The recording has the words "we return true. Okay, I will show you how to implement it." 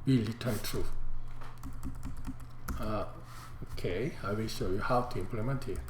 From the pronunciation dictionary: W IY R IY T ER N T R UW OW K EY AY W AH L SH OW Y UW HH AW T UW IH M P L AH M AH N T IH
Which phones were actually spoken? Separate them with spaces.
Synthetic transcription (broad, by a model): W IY L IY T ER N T R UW OW K EY AY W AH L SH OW Y UW HH AW T UW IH M P L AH M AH N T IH